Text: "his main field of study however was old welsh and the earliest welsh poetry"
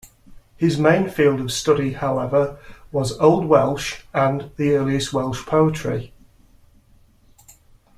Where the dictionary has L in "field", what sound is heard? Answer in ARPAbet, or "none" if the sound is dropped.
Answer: L